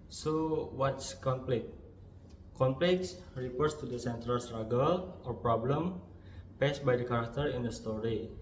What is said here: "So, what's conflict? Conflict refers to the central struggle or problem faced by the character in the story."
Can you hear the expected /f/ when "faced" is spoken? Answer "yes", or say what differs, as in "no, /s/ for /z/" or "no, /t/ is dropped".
no, /p/ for /f/